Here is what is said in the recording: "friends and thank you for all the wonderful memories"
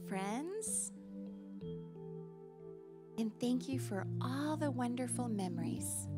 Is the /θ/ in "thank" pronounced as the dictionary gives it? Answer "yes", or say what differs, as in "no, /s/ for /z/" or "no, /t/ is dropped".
yes